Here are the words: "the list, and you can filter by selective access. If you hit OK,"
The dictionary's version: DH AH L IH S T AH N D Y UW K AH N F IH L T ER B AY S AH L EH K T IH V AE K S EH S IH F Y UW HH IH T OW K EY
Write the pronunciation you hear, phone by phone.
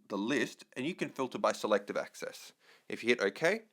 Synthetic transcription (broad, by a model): DH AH L IH S T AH N Y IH K AH N F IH L T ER B AY S AH L EH K T IH V AE K S EH S IH F Y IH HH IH T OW K EY